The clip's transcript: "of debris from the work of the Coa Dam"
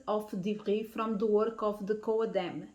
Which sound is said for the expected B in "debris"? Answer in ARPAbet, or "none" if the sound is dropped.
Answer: none